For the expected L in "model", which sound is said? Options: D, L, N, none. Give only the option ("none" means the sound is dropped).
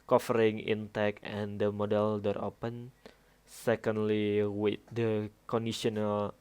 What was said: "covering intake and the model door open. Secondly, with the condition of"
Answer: L